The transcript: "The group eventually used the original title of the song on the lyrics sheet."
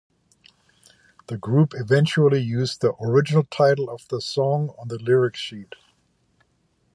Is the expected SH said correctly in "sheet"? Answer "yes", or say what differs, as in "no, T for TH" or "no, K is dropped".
yes